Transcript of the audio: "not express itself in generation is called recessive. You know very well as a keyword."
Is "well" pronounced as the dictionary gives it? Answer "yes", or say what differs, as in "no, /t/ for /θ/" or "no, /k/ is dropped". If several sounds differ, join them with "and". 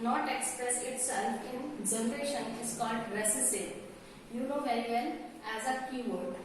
no, /n/ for /l/